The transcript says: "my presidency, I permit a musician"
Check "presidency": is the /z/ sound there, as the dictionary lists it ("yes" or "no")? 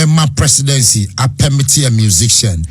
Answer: no